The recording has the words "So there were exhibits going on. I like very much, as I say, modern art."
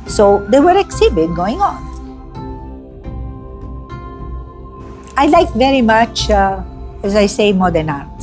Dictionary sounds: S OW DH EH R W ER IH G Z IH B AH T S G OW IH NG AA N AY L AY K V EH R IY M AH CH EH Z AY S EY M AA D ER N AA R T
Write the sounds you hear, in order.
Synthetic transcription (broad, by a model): S OW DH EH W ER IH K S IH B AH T G OW IH NG AA N AY L AY K V EH R IY M AH CH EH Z AY S EY M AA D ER N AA